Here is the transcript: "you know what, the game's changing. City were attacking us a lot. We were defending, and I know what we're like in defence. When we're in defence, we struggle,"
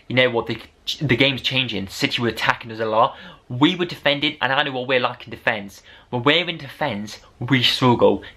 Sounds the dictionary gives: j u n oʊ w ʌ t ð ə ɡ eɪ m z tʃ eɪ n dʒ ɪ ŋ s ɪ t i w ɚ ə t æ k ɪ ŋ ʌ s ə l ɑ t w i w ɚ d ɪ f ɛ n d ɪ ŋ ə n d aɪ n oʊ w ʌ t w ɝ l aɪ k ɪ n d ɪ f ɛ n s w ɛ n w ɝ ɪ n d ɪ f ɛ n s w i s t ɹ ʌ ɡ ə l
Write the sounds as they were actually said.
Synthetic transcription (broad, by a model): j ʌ n oʊ w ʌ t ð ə ɡ eɪ m z tʃ eɪ n dʒ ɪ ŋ s ɪ t i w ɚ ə t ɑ k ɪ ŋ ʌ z ə l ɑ w i w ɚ d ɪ f ɛ n d ɪ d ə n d aɪ n oʊ w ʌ t w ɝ l aɪ k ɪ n d ɪ f ɛ n s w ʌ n w ɝ ɪ n d ɪ f ɛ n s w i s t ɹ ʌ ɡ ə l